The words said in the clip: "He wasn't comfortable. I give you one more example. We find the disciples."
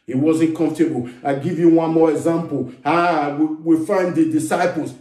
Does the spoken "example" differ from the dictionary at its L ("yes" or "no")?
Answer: yes